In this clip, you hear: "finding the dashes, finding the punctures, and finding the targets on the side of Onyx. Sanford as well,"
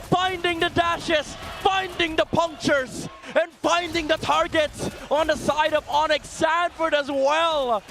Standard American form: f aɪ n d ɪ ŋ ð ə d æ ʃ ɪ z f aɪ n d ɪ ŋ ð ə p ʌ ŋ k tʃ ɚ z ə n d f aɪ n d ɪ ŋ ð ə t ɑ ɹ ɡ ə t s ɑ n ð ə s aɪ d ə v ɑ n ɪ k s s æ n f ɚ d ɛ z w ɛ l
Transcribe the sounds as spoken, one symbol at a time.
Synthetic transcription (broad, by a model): f aɪ n d ɪ ŋ ð ə d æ ʃ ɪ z f aɪ n d ɪ ŋ ð ə p ʌ ŋ k tʃ ɚ z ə n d f aɪ n d ɪ ŋ ð ə t ɑ ɹ ɡ ə t s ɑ n ð ə s aɪ d ə v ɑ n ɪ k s s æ n f ɚ d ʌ z w ɛ l